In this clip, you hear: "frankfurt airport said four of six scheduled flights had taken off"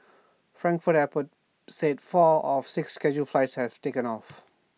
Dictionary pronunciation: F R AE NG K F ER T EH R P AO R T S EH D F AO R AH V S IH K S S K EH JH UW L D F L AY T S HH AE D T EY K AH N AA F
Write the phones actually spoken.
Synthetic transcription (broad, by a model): F R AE NG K F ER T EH P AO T S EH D F AO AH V S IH K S S K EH JH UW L F L AY T S HH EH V T EY K AH N AA F